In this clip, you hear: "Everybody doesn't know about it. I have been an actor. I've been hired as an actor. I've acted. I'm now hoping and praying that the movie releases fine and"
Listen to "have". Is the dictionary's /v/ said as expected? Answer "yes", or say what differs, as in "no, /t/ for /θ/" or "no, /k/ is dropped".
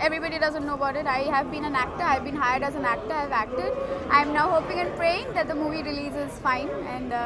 yes